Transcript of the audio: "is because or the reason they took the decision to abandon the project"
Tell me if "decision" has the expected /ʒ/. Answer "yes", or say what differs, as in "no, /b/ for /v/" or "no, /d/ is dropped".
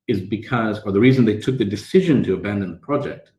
yes